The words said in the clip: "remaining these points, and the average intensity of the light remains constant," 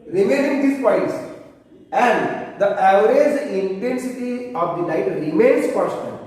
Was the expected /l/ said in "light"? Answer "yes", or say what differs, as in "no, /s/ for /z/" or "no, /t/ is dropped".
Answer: no, /n/ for /l/